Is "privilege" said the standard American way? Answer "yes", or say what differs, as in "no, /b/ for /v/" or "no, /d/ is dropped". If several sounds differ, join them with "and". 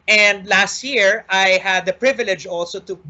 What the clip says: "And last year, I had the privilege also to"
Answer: yes